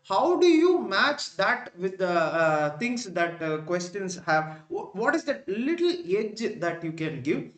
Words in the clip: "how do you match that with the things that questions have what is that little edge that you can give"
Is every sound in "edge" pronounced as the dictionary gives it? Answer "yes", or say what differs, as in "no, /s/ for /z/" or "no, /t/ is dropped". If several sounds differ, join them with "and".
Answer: yes